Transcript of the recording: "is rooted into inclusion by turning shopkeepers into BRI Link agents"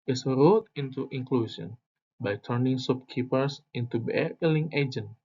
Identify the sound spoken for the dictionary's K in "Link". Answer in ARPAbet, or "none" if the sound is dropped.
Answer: none